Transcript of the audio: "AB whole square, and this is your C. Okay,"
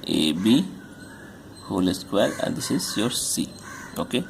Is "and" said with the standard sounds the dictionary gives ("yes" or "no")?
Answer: no